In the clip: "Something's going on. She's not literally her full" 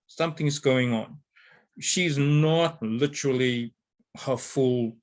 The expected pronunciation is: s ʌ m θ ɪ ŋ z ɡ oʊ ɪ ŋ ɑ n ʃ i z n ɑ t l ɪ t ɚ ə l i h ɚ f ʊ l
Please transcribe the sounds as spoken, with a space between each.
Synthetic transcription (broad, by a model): s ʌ m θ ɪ ŋ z ɡ oʊ ɪ ŋ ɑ n ʃ i z n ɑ t l ɪ t ɚ ə l i h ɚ f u l